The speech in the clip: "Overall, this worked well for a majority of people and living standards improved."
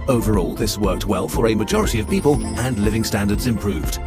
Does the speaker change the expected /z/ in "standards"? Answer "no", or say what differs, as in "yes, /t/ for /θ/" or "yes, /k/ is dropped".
no